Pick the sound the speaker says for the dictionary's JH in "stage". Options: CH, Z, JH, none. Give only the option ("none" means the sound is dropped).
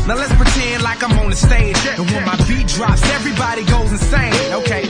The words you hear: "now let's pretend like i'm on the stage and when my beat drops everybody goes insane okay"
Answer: none